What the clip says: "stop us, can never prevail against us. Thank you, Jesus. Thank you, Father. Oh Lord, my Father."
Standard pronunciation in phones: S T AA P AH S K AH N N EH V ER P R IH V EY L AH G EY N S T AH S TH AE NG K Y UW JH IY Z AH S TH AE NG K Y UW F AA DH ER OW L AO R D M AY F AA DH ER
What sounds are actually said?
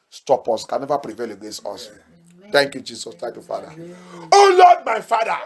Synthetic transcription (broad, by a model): S T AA P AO S K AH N N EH V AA P R IH V EY L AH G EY S AO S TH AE NG K Y UW JH IY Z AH S T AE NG K Y UW F AA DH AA OW L AO D M AY F AA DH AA